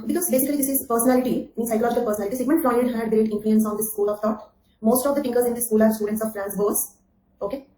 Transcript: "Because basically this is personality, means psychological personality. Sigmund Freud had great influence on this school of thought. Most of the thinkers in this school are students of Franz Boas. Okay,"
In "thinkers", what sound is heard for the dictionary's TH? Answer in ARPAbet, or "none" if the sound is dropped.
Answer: F